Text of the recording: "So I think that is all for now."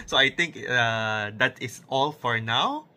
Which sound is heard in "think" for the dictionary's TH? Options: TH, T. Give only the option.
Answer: T